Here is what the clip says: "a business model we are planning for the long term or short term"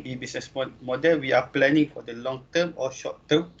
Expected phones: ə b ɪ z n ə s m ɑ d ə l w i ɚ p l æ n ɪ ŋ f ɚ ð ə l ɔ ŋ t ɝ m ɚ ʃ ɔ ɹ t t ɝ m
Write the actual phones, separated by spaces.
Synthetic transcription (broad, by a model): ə b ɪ s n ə s m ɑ d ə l w i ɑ p l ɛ n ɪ ŋ f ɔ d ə l ɔ ŋ t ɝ m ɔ ʃ ɔ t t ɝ m